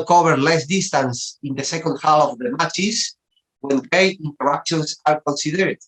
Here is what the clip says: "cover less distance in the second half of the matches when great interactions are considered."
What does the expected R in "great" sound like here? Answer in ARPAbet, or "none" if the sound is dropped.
none